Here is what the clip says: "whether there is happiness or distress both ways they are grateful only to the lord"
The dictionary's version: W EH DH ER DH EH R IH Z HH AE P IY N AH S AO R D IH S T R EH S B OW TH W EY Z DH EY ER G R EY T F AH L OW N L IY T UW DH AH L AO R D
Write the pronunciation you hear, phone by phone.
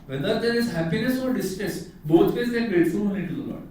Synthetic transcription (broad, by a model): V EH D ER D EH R IH Z HH AE P IY N AH S AO R D IH S T R EH S B OW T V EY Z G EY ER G R EY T F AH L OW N IY T UW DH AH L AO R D